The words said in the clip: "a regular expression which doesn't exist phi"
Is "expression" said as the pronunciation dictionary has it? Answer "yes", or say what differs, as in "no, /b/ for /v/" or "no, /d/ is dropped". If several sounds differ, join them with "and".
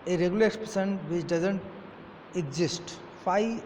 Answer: no, /s/ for /ʃ/